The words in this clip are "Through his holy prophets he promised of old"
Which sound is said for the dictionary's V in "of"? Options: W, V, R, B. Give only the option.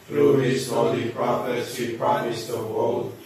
W